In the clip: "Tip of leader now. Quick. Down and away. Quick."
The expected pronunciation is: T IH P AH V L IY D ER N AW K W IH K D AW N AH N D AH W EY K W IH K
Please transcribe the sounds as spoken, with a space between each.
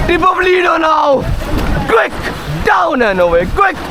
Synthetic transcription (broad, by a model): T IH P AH P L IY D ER N AW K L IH K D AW N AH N AH W EY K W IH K